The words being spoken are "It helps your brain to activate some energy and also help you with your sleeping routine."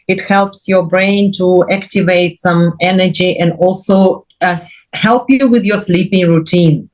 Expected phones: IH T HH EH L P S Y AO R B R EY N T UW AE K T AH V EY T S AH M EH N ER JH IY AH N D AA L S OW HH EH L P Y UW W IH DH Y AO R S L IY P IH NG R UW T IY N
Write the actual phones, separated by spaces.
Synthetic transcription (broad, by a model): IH T HH EH L P S Y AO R B R EY N T UW AE K T AH V EY T S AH M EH N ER JH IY AH N D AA L S OW HH EH L P Y UW W IH DH Y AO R S L IY P IH NG R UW T IY N